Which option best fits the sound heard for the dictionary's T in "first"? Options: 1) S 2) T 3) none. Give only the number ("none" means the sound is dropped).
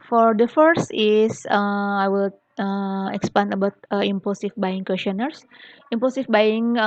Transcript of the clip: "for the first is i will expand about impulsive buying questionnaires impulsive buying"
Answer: 2